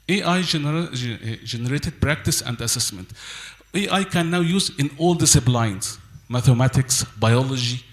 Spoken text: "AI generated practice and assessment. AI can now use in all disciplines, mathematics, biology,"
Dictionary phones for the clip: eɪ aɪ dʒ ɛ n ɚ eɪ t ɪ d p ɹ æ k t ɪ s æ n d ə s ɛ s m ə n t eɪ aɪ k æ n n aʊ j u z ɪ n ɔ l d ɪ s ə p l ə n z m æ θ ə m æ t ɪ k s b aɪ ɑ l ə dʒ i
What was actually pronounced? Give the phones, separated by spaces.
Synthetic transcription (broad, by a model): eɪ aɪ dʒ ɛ n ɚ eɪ t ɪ d p ɹ æ k t ɪ s æ n d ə s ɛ s m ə n t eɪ aɪ k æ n n aʊ j u z ɪ n ɔ l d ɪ s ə b l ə n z m æ θ ə m æ t ɪ k s b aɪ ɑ l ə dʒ i